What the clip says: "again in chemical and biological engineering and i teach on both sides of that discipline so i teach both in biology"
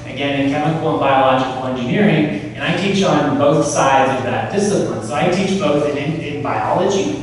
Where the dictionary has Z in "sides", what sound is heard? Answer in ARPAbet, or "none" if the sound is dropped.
Z